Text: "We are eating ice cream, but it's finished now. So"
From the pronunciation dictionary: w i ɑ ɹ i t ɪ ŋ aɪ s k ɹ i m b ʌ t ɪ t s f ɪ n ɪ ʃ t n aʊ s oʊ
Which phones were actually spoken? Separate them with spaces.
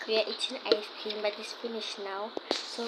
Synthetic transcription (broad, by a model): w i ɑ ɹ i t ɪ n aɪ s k i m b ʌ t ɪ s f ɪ n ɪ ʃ n aʊ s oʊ